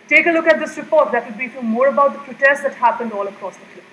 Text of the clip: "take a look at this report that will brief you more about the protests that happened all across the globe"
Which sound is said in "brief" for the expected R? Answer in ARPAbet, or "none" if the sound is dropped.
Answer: none